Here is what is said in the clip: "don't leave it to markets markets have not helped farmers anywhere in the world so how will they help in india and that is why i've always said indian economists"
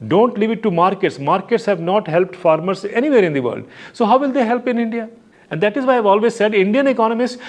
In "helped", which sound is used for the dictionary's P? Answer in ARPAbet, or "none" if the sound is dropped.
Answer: P